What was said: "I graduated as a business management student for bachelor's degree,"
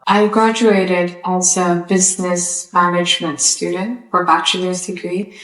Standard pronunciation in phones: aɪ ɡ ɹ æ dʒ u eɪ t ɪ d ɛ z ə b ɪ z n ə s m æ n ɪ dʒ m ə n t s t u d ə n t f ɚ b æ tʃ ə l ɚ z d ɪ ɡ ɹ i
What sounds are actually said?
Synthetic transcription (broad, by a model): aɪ ɡ ɹ æ dʒ u eɪ t ɪ d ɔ s ə b ɪ z n ə s m æ n ɪ dʒ m ə n t s t u d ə n t f ɚ b æ tʃ ə l ɚ z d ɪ ɡ ɹ i